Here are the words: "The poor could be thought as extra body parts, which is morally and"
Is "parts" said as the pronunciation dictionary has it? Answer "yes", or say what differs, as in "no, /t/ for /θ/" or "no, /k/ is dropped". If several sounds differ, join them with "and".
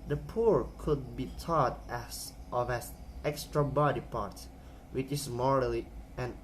no, /s/ is dropped